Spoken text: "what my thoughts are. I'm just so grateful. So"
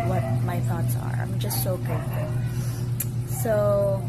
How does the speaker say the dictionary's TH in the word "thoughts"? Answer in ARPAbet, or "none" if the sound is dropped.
TH